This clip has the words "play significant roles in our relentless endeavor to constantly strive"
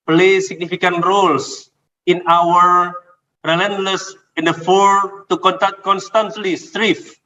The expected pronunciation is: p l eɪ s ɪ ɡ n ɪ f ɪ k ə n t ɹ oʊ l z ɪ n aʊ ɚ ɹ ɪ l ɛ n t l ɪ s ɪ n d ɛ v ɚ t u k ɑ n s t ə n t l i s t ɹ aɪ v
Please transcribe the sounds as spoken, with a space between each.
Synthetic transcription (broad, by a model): p l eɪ s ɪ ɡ n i f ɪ k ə n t ɹ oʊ l s ɪ n aʊ ɚ ɹ ɪ l ɛ n t l ɪ s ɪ n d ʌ f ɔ t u k ɑ n s t ə n t l i s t ɹ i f